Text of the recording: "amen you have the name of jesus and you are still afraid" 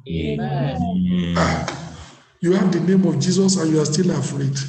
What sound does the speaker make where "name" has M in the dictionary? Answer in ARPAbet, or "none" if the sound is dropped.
M